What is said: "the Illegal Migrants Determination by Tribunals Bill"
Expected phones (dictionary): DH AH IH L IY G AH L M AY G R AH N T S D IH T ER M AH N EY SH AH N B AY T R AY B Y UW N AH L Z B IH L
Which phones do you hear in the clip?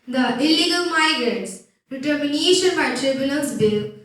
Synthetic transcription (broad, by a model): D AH IH L IY G AH L M AY G R AH N T S D IH T ER M AH N EY SH AH N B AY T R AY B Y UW L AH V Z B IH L